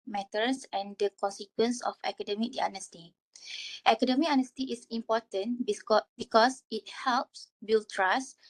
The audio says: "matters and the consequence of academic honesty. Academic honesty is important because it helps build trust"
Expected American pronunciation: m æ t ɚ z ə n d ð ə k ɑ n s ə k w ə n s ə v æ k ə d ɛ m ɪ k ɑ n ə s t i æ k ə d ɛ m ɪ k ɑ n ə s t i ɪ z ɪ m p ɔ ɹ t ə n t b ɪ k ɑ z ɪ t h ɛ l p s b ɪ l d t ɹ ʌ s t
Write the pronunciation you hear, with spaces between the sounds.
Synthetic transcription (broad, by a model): m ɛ t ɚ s ə n d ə k ɑ n s ə k w ə n s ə f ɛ k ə d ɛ m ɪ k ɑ n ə s t i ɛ k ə d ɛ m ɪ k ɑ n ə s t i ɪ s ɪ m p ɔ t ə n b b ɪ k ɑ s ɪ t h ɛ l p s b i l t ɹ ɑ s